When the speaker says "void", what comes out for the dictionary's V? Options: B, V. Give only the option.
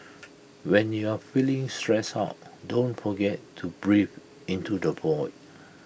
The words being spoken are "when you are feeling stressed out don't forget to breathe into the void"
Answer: B